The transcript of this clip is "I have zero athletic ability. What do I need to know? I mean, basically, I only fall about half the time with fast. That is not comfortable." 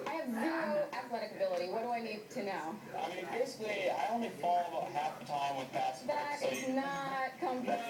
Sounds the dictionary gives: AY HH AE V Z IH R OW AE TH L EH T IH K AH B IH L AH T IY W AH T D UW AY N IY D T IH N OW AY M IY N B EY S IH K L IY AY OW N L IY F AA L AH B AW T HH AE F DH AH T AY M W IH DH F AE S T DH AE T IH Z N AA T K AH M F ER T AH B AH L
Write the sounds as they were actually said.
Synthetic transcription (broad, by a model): AY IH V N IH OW AE TH L EH T IH K AH B IH L AH T IY W AH T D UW AY N IY D T IH N OW AY M IY N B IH S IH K L IY AY OW N L IY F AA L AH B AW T HH AE F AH T AY M W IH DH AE T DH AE T IH Z N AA T K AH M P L